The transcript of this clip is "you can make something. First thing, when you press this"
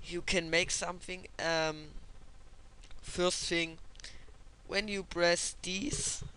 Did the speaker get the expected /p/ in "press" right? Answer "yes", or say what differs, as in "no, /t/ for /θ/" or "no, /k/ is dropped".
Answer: no, /b/ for /p/